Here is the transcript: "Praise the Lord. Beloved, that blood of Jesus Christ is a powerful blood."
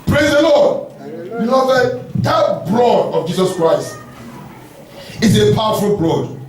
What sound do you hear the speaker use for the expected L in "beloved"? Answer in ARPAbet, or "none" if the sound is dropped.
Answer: N